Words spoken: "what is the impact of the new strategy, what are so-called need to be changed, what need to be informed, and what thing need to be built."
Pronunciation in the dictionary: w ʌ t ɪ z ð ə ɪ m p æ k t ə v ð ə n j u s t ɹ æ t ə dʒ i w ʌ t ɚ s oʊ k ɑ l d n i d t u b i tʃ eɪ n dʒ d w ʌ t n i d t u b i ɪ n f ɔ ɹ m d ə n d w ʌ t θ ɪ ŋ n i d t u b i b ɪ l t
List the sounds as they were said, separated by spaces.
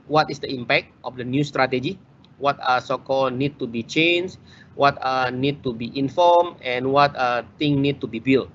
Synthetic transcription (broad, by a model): w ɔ t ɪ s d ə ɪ m p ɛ k t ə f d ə n j u s t ɹ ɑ t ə dʒ i w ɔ t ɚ s oʊ k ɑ l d n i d t u b i tʃ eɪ n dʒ w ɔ t n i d t u b i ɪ n f ɔ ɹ m ə n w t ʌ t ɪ ŋ n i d t u b i b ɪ l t